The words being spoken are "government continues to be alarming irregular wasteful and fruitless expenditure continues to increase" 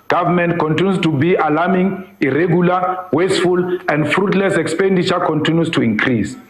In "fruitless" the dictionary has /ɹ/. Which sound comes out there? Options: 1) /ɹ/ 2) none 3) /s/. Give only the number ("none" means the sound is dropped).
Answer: 1